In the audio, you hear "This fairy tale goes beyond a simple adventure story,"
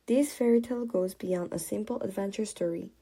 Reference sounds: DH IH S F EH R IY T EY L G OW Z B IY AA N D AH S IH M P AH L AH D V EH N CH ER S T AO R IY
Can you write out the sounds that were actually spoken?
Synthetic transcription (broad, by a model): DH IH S F EH R IY T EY L G OW Z B IY AA N D AH S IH M P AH L AH D V EH N CH ER S T AO R IY